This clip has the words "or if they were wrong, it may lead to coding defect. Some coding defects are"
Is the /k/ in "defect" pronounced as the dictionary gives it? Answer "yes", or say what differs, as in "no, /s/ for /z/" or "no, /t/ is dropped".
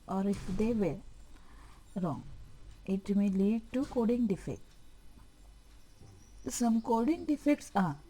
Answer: yes